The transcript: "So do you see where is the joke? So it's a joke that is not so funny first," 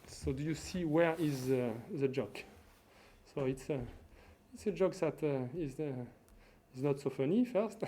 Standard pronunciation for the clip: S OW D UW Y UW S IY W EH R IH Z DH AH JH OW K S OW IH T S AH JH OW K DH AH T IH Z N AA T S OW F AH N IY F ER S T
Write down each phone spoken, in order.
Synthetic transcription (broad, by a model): S OW D UW Y UW S IY W EH R IH Z DH AH JH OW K S OW IH T S AH JH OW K DH AH T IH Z N AA T S OW F AH N IY F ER S T